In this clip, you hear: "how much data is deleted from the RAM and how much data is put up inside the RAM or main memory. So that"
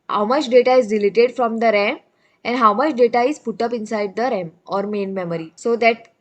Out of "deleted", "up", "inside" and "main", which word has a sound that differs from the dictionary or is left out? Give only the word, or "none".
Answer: none